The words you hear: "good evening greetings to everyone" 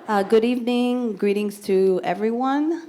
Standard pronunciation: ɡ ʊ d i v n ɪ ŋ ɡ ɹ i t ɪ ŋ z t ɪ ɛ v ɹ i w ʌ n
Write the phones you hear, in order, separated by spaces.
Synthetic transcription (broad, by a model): ɡ ʊ d i v n ɪ ŋ ɡ ɹ i t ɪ ŋ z t ɪ ɛ v ɹ i w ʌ n